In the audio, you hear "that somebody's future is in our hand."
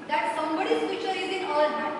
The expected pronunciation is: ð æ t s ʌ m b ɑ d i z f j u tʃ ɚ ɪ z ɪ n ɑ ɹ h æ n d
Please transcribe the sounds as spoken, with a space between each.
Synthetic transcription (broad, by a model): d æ t s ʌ m b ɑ d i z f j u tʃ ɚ ɪ z ɪ n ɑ l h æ